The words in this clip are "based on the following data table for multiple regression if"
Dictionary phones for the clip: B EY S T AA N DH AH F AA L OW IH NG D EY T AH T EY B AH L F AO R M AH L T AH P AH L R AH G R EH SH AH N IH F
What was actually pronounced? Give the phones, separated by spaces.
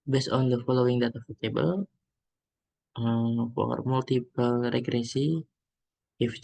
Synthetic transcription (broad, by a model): B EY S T AA N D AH F AA L OW IH NG D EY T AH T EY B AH L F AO R M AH L T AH P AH L R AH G R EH S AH IH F